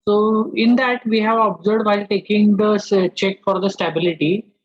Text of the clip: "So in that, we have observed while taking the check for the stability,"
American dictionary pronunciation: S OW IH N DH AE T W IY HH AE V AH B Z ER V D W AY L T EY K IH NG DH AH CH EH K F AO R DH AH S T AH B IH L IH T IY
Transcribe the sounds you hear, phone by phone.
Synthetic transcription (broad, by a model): S OW IH N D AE T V IY HH AE V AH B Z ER D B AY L T EY K IH NG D AH CH EH K F AO R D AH S T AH B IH L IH T IY